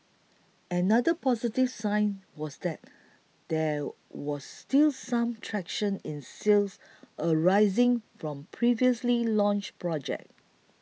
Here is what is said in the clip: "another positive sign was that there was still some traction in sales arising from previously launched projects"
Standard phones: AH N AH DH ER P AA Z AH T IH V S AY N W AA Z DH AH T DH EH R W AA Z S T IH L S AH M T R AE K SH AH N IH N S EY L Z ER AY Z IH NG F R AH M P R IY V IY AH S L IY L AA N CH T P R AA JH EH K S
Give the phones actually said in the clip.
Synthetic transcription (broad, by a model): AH N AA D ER P AA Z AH T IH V S AY N W AA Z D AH T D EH W AA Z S T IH L S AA M T R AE K SH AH N IH N S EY L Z ER AY Z IH NG F R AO M P R IY V IY AH S L IY L AA N CH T P R AA JH EH K